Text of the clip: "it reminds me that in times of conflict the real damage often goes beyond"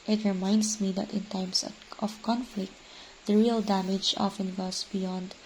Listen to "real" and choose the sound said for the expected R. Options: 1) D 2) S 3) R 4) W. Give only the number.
3